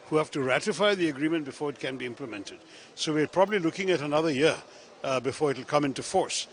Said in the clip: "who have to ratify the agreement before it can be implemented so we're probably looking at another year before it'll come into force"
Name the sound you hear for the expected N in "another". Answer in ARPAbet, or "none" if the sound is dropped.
N